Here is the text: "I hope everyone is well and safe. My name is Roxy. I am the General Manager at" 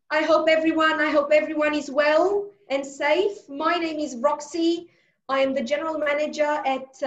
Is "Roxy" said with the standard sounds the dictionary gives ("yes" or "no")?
yes